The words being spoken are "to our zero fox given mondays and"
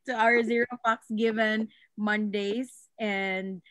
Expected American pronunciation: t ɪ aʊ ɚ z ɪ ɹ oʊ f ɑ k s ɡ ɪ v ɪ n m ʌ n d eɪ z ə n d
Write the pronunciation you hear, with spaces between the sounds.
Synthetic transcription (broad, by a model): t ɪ aʊ ɚ z ɪ ɹ oʊ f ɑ k s ɡ ɪ v ɪ n m ʌ n d eɪ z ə n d